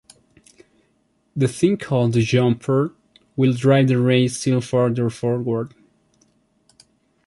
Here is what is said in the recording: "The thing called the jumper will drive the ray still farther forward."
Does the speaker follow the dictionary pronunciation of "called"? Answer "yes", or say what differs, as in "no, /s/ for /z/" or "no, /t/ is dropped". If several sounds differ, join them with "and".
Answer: yes